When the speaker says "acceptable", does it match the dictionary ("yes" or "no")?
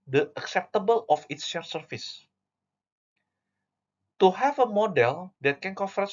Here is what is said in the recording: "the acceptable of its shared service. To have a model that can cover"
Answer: yes